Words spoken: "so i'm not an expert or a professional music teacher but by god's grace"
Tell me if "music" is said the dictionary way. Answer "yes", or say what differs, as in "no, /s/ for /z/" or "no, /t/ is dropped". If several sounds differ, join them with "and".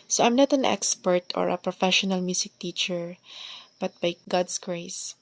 no, /s/ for /z/